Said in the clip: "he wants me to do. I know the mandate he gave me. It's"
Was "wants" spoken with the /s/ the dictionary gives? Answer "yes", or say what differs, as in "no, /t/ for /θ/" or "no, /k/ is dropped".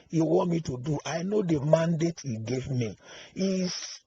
no, /s/ is dropped